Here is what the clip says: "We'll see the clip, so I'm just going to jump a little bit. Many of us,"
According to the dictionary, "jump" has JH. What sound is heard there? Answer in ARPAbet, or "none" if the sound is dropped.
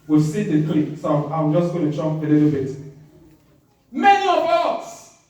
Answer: CH